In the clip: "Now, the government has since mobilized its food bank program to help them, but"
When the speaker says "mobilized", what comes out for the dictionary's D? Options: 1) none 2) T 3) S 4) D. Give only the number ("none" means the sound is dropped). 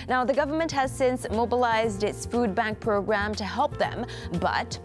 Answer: 4